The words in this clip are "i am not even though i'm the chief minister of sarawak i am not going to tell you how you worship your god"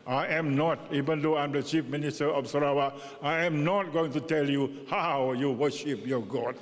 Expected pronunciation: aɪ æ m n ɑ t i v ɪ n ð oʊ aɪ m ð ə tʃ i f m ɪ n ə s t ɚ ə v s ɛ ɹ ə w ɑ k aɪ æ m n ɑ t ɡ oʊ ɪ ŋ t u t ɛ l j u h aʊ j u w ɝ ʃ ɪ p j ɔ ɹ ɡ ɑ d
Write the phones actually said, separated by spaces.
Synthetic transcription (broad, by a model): aɪ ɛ m n ɑ t i v ɪ n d oʊ aɪ m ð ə tʃ i f m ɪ n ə s t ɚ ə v s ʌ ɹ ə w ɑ aɪ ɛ m n ɑ t ɡ oʊ ɪ ŋ t u t ɛ l j u h aʊ j u w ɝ ʃ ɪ p j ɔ ɡ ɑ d